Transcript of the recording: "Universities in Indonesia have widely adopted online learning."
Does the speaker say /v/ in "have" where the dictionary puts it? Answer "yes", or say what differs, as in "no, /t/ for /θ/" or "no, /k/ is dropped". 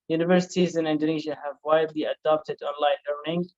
yes